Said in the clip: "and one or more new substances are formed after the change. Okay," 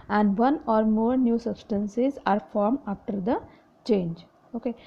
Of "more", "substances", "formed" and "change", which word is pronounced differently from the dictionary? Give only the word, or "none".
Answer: formed